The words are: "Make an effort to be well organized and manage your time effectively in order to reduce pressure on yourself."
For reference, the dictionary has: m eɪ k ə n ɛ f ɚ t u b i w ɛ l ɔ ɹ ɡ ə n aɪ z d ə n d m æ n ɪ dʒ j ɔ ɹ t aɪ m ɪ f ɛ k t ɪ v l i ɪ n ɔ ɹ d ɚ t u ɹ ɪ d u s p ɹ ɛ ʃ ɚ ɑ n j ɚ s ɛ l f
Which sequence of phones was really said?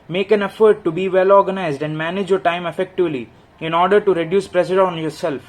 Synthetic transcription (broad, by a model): m eɪ k ə n ɛ f ɚ t u b i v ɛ l ɔ ɹ ɡ ə n aɪ z d ə n d m æ n ɪ dʒ j ɔ ɹ t aɪ m ɪ f ɛ k t ɪ v l i ɪ n ɔ ɹ d ɚ t u ɹ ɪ d u s p ɹ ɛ s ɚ ɑ n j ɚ s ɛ l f